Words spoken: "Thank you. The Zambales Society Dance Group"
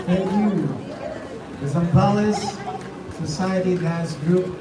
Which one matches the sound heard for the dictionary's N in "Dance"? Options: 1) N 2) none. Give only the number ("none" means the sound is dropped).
2